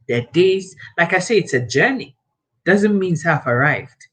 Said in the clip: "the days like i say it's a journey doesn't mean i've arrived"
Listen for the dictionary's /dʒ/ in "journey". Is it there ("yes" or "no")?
yes